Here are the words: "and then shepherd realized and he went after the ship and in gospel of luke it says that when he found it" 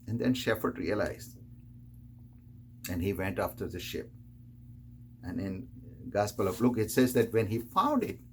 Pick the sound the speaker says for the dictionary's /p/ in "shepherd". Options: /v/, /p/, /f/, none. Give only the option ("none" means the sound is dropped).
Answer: /f/